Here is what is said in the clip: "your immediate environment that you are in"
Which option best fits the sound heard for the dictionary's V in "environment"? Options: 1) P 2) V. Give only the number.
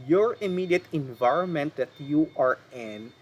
2